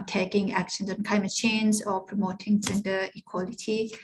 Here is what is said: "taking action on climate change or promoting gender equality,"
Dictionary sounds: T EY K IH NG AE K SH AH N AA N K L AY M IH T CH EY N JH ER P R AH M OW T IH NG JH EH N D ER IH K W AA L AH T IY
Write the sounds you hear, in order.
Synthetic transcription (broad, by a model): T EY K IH NG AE K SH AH N AA N K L AY M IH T CH EY N Z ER P R AH M OW T IH NG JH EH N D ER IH K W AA L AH T IY